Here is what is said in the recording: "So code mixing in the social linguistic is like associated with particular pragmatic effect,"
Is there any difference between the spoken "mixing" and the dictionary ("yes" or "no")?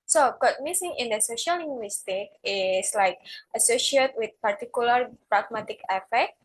yes